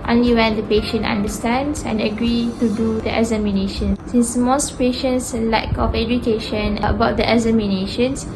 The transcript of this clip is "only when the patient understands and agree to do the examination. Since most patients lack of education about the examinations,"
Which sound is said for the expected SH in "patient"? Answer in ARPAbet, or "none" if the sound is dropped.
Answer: SH